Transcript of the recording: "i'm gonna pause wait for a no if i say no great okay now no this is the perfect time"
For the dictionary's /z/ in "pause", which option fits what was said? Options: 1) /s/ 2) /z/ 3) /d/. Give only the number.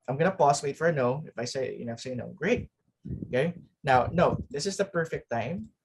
1